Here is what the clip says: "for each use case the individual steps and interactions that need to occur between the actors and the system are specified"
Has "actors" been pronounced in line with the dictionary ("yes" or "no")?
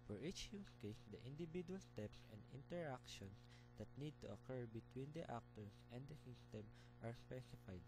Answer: no